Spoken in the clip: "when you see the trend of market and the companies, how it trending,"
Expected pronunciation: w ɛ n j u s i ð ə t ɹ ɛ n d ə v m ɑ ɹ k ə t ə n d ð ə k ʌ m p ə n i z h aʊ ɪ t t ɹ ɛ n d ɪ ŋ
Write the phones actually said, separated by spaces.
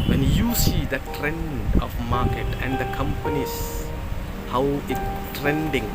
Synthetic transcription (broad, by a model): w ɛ n j u s i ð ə t ɹ ɛ n d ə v m ɑ k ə t ə n d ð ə k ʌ m p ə n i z h aʊ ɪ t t ɹ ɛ n d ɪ ŋ